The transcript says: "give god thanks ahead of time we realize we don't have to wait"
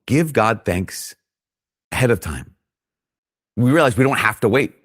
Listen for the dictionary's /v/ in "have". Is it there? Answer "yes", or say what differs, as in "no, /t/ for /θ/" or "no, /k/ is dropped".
no, /f/ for /v/